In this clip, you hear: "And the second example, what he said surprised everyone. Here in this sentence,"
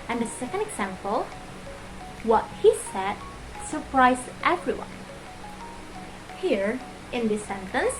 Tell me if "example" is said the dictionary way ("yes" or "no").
yes